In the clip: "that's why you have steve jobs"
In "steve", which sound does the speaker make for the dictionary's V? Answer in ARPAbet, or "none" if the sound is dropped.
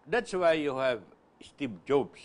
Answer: B